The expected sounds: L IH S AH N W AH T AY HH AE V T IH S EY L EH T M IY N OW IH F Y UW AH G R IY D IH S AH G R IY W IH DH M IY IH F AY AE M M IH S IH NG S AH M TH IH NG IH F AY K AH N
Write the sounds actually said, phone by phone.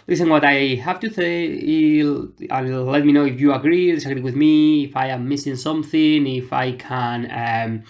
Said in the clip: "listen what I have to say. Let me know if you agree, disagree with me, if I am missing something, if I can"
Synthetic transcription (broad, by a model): L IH S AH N W AH T AY HH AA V T IH TH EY L EH T M IY N OW IH F Y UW AH G R IY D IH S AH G R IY W IH DH M IY IH F AY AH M M IH S IH NG S AH M TH IH NG IH F AY K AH N